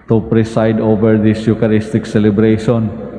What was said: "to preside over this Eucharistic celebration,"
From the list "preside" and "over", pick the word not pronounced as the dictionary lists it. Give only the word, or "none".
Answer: preside